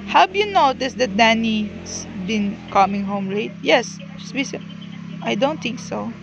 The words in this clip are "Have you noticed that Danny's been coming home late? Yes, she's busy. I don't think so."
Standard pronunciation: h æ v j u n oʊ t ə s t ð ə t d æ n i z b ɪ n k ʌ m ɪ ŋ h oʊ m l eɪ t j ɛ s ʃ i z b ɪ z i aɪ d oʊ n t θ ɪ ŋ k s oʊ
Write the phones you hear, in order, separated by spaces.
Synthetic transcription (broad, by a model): h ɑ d j u n oʊ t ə s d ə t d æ n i s b ɪ n k ʌ m ɪ ŋ h oʊ m l eɪ t j ɛ s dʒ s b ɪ s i aɪ d oʊ n t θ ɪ ŋ k s oʊ